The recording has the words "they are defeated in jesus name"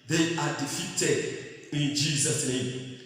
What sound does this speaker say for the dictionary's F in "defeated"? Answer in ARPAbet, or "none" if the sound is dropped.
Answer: F